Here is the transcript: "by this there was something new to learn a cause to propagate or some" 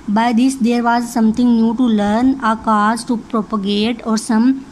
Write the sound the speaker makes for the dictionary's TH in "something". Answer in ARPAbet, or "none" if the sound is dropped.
T